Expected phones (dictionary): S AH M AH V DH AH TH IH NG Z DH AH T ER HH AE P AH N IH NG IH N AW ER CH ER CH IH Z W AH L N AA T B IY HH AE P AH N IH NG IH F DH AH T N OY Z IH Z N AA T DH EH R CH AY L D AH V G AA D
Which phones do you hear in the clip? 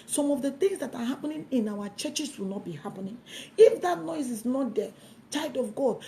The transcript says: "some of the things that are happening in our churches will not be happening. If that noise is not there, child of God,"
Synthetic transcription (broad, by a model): S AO M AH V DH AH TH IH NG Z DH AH T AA HH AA P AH N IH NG IH N AW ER CH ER CH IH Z W AH L N AA T B IY HH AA P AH N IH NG IH F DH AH T N OY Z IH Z N AA T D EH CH AY D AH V G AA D